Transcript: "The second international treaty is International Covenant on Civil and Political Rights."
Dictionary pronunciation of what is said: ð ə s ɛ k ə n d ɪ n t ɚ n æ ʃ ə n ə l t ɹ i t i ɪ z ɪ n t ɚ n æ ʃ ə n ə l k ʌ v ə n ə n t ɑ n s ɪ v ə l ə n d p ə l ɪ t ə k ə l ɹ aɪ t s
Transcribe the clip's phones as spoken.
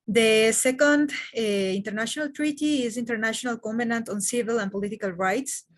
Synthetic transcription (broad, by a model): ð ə s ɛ k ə n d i n t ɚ n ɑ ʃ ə n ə l t ɹ i t i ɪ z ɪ n t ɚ n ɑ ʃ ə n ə l k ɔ b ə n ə n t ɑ n s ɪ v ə l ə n p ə l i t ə k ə l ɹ aɪ t s